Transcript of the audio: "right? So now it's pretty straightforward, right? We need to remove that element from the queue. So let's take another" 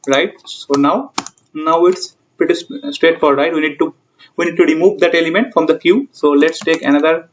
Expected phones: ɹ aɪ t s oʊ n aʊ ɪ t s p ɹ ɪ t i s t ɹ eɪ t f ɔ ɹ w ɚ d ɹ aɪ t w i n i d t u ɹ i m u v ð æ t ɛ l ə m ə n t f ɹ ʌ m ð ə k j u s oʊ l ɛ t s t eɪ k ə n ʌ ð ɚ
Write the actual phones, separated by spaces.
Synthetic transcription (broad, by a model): ɹ aɪ t s oʊ n aʊ ɪ t s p ɪ t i s t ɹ eɪ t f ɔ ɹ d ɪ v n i t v i n i d t u ɹ i m u v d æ t ɛ l ə m ə n t f ɹ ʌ m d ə k j u s oʊ l ɛ t s t eɪ k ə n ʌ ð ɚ